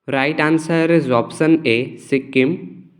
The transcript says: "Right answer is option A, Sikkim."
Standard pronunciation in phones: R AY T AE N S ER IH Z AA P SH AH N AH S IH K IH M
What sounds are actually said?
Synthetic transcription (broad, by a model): R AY T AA N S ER IH Z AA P S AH N AH S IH K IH M